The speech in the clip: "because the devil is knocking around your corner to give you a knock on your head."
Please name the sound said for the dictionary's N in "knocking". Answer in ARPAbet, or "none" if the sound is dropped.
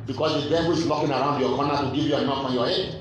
L